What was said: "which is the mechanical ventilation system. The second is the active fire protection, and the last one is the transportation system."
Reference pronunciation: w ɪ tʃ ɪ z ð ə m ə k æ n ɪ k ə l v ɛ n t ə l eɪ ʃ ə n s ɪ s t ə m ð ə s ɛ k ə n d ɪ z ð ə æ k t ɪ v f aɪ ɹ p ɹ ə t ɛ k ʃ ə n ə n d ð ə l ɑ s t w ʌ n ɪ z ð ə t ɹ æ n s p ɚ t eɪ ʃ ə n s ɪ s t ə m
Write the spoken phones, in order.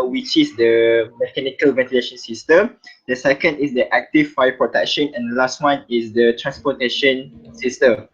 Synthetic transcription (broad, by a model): w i tʃ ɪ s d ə m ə k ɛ n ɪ k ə l v ɛ n t ə l eɪ ʃ ə n s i s t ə m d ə s ɛ k ə n d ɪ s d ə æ k t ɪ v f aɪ p ɹ ə t ɛ k ʃ ə n ə n d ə l ɑ s t w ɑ n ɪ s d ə t ɹ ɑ n s p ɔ t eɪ ʃ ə n s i s t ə m